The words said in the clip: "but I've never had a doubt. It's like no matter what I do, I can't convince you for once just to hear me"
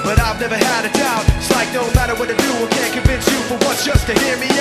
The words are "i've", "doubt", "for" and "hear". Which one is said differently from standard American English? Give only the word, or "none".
doubt